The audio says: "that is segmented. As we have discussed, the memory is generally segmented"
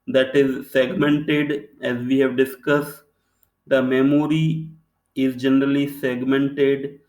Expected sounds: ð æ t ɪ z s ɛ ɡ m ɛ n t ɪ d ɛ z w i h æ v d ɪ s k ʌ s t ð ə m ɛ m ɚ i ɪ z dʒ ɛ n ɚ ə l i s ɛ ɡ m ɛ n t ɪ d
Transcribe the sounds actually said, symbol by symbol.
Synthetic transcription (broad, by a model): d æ t ɪ z s ɛ ɡ m ɛ n t ɪ d ɛ z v i h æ v d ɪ s k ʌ s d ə m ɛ m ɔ i ɪ z dʒ ɛ n ɚ ə l i s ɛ ɡ m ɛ n t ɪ d